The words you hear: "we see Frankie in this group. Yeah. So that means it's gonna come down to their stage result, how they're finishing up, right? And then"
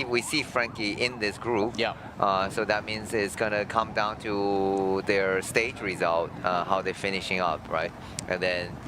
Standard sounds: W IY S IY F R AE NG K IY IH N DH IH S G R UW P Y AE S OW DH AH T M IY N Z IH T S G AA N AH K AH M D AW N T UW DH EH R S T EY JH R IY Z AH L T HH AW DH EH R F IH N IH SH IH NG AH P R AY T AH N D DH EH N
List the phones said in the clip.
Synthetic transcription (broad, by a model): W IY S IY F R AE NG K IY IH N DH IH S G R UW P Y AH S OW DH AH T M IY N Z IH T S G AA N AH K AH M D AW N T UW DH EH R S T EY JH R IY Z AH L T HH AW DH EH F IH N IH SH IH NG AH P R AY T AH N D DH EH N